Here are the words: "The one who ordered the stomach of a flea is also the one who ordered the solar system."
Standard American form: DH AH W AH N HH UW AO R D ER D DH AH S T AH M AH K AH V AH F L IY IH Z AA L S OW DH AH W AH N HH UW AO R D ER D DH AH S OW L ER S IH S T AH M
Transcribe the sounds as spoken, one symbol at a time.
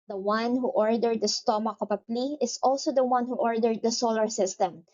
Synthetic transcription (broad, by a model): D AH W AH N HH UW AO R D ER D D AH S T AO M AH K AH P AH P L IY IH S AA L S OW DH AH W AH N HH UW AO R D ER D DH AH S OW L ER S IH S T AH M